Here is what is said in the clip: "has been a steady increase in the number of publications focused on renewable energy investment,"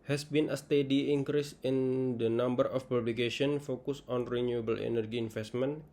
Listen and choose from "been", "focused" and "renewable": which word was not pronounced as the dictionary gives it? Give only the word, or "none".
focused